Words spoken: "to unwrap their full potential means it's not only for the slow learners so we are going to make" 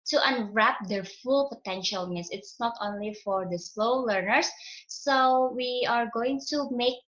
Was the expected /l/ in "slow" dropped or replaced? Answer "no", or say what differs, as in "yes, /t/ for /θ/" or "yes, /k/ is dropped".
no